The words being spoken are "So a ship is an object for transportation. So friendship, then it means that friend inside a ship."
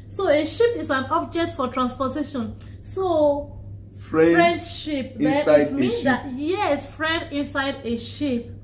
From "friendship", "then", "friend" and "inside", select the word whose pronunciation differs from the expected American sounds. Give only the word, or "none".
then